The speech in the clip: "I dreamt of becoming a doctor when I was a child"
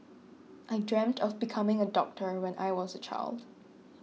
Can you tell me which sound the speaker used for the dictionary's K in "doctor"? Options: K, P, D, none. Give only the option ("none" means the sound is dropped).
K